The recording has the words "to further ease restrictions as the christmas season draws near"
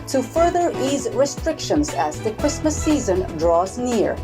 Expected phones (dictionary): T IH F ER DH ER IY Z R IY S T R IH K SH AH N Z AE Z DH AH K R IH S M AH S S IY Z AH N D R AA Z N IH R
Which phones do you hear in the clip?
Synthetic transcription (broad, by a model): T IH F ER DH ER IY Z R IY S T R IH K SH AH N Z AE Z DH AH K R IH S M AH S S IY Z AH N D R AA Z N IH R